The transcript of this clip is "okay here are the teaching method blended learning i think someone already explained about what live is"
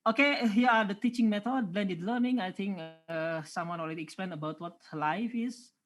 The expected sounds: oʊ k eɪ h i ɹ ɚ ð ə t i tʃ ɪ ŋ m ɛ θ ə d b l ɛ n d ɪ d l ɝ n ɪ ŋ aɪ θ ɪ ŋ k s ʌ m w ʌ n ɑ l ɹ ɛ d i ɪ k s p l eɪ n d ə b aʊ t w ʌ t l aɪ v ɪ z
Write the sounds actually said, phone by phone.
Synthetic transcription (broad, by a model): oʊ k eɪ h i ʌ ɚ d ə t i tʃ ɪ ŋ m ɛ t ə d b l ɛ n d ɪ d l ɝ n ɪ ŋ aɪ t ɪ ŋ k s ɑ m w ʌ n ɑ l ɹ ɛ d i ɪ k s p l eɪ n ə b aʊ t w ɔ t l aɪ f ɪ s